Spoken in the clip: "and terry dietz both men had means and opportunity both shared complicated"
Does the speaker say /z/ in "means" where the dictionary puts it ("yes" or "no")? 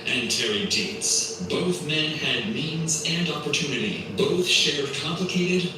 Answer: yes